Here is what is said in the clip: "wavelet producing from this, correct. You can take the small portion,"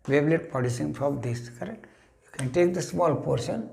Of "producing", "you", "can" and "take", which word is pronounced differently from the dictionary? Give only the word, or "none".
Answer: producing